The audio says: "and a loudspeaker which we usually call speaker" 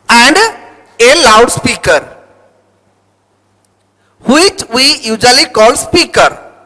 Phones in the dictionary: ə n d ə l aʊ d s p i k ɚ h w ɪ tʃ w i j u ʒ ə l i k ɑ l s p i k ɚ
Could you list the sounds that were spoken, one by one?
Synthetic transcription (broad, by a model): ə n d ə l aʊ d s p i k ɚ h w ɪ tʃ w i j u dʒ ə l i k ɑ l s p i k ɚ